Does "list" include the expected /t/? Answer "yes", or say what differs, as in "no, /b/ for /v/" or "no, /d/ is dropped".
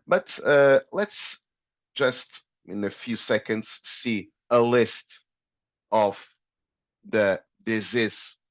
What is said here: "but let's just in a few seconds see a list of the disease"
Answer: yes